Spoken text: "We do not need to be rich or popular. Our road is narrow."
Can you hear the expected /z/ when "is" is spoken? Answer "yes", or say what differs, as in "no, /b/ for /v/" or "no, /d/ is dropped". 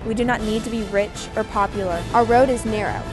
yes